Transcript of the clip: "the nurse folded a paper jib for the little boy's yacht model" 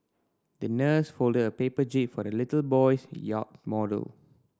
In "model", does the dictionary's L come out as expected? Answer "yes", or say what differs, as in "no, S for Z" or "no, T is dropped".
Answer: yes